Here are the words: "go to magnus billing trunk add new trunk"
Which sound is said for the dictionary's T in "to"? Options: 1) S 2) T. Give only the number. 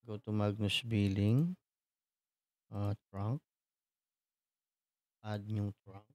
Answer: 2